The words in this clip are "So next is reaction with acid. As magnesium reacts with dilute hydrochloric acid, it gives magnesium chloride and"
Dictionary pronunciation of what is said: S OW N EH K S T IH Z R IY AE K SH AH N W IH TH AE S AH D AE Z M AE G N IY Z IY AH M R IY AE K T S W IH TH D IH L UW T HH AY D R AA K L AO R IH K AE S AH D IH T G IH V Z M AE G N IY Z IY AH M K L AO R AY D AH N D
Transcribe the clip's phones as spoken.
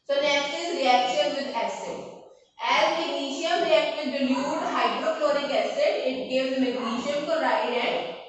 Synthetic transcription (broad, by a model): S OW N EH K S T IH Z R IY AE K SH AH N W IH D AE S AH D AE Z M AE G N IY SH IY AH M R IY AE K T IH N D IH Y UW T HH AY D R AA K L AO R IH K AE S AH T IH T G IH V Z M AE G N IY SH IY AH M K AO R AY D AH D